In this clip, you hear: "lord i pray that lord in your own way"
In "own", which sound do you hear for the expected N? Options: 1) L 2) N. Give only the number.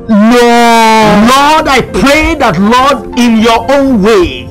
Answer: 2